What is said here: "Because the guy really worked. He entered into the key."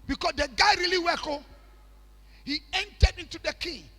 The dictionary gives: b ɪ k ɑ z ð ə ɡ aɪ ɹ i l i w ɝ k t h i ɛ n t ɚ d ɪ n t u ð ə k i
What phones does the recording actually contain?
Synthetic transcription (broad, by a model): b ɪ k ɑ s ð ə ɡ aɪ ɹ i l i w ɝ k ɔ h i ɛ n t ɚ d ɪ n t u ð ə k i